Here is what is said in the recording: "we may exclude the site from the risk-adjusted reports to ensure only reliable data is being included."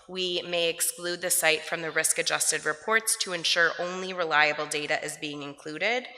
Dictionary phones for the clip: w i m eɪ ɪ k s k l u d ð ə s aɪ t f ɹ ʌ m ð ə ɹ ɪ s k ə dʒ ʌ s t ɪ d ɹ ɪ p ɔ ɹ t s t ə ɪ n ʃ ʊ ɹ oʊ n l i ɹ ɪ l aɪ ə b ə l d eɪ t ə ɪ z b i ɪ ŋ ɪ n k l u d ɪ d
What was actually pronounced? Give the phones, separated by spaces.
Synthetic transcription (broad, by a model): w i m eɪ ɪ k s k l u d ð ə s aɪ t f ɹ ʌ m ð ə ɹ ɪ s k ə dʒ ʌ s t ɪ d ɹ ɪ p ɔ ɹ t s t ə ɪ n ʃ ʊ ɹ oʊ n l i ɹ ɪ l aɪ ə b l d eɪ t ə ɪ z b i ɪ ŋ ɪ n k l u d ɪ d